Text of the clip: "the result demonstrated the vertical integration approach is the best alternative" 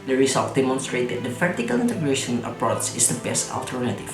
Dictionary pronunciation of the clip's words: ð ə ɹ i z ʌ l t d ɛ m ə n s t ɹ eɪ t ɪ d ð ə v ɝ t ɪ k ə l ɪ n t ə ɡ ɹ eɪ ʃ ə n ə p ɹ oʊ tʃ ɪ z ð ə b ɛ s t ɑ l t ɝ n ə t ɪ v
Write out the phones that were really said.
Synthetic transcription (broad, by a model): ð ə ɹ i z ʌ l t d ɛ m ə n s t ɹ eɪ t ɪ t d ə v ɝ t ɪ k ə l ɪ n t ə ɡ ɹ eɪ ʃ ə n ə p ɹ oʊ s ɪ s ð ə b ɛ s t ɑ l t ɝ n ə t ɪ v